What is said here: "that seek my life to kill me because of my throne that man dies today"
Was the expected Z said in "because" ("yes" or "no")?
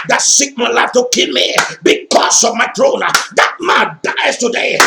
no